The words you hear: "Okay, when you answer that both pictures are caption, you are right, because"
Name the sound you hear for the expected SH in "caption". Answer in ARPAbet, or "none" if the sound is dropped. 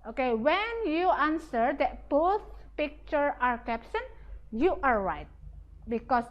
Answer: S